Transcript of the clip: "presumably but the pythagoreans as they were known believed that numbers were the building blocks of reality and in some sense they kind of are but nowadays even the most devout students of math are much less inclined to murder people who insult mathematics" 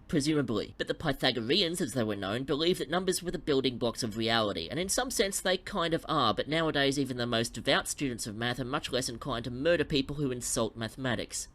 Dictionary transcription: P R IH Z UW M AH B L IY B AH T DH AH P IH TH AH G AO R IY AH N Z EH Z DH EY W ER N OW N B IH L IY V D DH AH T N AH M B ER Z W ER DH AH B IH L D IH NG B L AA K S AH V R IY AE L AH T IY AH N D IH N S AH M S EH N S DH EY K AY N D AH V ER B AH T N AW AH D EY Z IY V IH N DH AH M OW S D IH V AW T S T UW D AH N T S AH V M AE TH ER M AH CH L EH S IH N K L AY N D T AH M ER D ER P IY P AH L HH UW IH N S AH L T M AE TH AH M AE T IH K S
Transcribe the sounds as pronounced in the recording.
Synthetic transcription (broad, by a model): P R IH Z UW M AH B L IY B AH T DH AH P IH TH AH G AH R IY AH N Z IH Z DH EY W ER N OW N B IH L IY V DH AH T N AH M B ER Z W ER DH AH B IH L D IH NG B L AA K S AH V R IY AE L AH T IY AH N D IH N S AH M S EH N S DH EY K AY N D AH V ER B AH T N AW AH D EY Z IY V IH N DH AH M OW S D IH V AW T S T UW D N T S AH V M AE TH ER M AH CH L EH S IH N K AY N T AH M ER D ER P IY P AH L HH UW IH N S AH L T M AE TH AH M AE T IH K S